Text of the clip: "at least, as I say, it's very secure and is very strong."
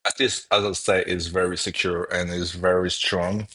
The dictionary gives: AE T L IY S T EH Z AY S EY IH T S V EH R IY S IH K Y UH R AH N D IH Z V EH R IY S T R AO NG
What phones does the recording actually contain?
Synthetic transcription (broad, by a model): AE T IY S AH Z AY S EY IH T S V EH R IY S IH K Y UH R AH N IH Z V EH R IY S T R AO NG